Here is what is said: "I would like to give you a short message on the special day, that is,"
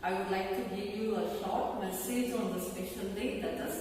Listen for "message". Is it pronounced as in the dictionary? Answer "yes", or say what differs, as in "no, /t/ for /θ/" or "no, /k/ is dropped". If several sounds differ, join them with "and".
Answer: yes